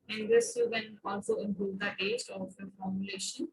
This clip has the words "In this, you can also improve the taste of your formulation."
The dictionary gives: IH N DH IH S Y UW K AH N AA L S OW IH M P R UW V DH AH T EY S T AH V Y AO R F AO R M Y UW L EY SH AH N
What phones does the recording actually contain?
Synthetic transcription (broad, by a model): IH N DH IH S Y UW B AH N AA L S OW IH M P UW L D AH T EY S T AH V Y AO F AO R M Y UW L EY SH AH N